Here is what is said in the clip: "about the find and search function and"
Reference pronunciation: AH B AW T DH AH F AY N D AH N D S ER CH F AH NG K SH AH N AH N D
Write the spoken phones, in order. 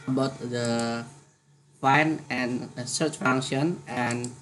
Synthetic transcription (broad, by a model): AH B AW T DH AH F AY N AH N S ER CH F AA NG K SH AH N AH N